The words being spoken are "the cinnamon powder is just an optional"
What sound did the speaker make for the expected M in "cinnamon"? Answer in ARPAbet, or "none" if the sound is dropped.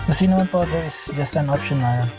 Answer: none